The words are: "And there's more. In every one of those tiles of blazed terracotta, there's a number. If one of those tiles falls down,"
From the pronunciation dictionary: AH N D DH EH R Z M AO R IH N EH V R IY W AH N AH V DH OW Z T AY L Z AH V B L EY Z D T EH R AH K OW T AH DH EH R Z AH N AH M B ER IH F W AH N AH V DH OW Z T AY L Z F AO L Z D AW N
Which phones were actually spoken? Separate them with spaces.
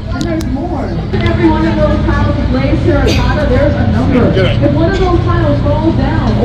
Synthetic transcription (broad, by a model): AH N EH M AO R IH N EH V R IY W AH N AH V DH OW Z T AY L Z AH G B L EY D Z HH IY R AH OW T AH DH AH R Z AH N AH M B ER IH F W AH N AH V DH OW Z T AY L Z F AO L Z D AW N